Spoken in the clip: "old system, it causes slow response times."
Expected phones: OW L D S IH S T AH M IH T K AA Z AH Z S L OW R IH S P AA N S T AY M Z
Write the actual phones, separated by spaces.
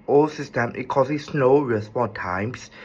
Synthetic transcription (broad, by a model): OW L S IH S T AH M IH T K AA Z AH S N OW R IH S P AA N T AY M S